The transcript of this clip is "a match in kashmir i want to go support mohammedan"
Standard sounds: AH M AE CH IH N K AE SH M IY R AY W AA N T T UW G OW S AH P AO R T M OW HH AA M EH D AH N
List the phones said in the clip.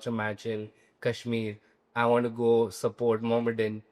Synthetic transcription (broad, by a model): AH M AE CH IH L K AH SH M IY R AY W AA N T T UW G OW S AH P AO R T M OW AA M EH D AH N